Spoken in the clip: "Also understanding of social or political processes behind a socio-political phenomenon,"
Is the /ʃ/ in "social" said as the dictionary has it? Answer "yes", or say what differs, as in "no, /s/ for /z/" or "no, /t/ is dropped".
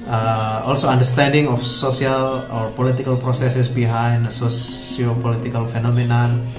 no, /s/ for /ʃ/